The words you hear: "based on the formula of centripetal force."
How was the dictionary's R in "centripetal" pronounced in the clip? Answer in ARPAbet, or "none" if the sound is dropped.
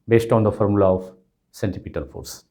none